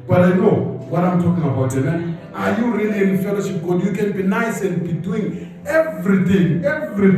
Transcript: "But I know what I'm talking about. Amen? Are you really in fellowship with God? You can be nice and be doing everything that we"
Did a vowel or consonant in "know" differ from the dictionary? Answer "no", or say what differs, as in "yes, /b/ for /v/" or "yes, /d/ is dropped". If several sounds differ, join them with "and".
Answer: no